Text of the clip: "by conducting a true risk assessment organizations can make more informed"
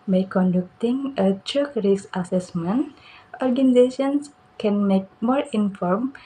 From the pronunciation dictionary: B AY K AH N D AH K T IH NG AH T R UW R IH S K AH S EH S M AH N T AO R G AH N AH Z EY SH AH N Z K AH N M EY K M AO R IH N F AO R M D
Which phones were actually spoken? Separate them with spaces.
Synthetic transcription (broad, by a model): B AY K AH N D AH K T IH NG AH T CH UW R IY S AH S EH S M AH N T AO R G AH N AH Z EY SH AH N S K AH N M EY K M AO R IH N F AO R M